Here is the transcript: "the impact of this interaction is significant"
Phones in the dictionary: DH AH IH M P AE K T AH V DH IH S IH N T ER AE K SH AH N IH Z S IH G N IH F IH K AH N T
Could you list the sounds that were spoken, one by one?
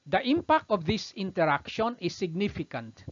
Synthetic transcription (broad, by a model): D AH IH M P AE K T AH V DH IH S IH N T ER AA K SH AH N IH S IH G N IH F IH K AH N T